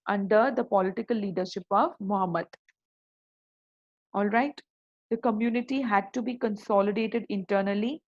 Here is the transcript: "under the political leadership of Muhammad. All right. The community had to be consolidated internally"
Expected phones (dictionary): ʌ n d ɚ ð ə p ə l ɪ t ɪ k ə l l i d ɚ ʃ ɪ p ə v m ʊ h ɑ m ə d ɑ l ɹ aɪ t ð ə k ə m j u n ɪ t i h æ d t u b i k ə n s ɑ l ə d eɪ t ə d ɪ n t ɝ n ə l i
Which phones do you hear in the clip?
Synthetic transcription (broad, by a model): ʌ n d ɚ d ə p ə l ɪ t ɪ k ə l l i d ɚ ʃ ɪ p ə v m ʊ h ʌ m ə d ɑ l ɹ aɪ t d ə k ə m j u n ɪ t i h æ d t u b i k ə n s ɑ l ə d eɪ t ə d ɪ n t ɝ n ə l i